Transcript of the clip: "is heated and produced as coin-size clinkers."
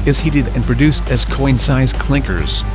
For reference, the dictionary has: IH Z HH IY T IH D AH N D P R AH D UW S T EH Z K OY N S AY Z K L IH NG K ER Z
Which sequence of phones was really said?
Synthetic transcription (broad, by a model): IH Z HH IY T IH D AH N P R AH D UW S T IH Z K OY N S AY Z K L IH NG K ER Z